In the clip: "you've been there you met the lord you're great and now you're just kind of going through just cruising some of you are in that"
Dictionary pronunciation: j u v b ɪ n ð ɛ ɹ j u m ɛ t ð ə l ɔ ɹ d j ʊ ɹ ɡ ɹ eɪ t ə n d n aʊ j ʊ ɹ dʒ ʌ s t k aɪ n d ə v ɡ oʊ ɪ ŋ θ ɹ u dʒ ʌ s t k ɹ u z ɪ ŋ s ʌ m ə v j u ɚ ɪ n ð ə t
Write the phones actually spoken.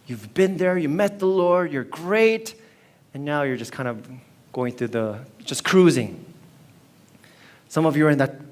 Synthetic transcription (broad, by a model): j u v b ɪ n ð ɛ ɹ j u m ɛ t ð ə l ɔ ɹ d j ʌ ɹ ɡ ɹ eɪ t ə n n aʊ j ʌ ɹ dʒ ʌ s k aɪ n d ə v ɡ oʊ ɪ ŋ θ ɹ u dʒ ʌ s k ɹ u z ɪ ŋ s ʌ m ə v j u ɚ ɪ n ð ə t